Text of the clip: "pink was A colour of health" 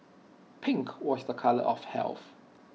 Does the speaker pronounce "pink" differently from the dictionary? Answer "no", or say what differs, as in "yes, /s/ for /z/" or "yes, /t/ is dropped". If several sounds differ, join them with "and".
no